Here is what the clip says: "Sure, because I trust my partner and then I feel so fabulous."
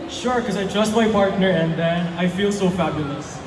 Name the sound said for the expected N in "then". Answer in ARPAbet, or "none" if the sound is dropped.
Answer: N